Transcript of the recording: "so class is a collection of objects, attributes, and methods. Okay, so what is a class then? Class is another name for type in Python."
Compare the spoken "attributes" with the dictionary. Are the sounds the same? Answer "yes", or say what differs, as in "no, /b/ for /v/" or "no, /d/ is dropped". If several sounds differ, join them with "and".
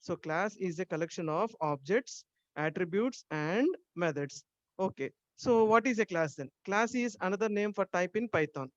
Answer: yes